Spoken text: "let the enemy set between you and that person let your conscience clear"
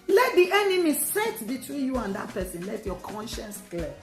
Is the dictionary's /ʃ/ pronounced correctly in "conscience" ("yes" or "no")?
yes